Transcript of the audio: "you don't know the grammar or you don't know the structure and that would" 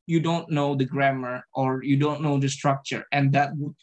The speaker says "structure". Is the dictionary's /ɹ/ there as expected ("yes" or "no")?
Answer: yes